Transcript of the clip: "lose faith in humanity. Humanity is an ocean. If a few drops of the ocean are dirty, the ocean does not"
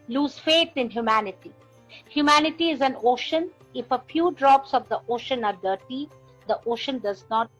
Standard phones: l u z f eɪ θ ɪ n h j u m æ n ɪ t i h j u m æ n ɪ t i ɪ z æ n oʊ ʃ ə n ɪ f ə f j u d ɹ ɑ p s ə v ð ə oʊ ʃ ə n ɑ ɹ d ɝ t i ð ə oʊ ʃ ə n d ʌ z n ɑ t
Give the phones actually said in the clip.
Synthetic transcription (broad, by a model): l u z f eɪ t ɪ n h j u m æ n ɪ t i h j u m æ n ɪ t i ɪ z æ n oʊ ʃ ə n ɪ f ə f j u d ɹ ɑ p s ə v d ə oʊ ʃ ə n ɑ ɹ d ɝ t i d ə oʊ ʃ ə n d ʌ z n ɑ t